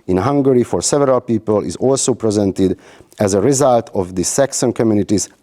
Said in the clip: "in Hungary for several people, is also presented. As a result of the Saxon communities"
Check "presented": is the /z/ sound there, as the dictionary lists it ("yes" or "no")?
yes